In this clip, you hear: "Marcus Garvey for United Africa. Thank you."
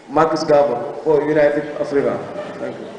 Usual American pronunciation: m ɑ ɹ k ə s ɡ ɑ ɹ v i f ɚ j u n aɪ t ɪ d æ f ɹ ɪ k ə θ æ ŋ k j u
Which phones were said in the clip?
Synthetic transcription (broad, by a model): m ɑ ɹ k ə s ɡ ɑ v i f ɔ j u n aɪ t ɪ d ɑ f ɹ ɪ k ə t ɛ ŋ k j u